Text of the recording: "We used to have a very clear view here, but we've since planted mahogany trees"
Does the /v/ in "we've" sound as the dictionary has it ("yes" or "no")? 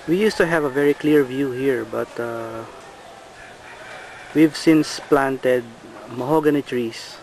yes